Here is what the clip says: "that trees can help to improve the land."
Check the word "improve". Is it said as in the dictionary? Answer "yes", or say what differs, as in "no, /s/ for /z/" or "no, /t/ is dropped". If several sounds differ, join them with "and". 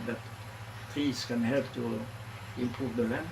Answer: no, /ɹ/ is dropped